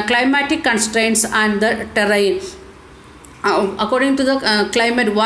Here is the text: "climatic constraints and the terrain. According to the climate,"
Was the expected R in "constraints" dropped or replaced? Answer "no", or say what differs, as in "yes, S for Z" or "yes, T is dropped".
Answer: no